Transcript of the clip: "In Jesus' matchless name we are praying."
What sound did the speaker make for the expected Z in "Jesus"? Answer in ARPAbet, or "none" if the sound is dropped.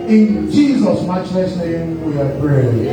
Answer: Z